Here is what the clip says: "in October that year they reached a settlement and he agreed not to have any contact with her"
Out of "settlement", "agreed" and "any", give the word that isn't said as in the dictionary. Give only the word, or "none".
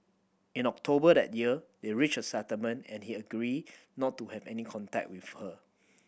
settlement